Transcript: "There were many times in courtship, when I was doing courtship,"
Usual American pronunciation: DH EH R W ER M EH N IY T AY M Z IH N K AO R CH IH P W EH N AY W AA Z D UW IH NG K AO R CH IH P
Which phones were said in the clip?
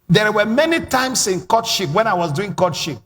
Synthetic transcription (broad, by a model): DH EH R W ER M EH N IY T AY M S IH N K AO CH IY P W EH N AY W AA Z D UW IH NG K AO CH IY P